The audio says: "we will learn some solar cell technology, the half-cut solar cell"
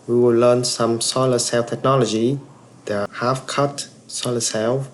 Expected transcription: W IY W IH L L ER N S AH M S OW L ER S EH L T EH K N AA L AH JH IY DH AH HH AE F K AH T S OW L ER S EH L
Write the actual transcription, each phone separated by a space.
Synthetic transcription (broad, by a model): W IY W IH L L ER N S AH M S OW L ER S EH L T EH K N AA L AH JH IY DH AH HH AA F K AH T S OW L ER S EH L